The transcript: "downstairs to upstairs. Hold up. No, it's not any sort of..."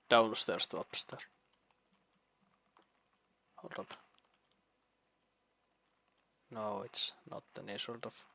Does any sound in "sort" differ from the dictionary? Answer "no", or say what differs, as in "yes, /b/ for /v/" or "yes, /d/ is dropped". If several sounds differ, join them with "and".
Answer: yes, /l/ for /ɹ/